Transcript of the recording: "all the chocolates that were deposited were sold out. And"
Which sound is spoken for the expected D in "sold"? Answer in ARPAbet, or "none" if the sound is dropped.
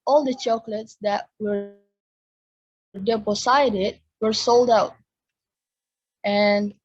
D